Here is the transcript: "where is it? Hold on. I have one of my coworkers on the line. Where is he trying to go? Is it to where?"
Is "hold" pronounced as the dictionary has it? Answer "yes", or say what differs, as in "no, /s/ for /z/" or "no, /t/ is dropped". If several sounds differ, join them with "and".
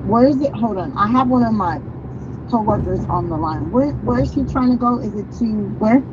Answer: no, /l/ is dropped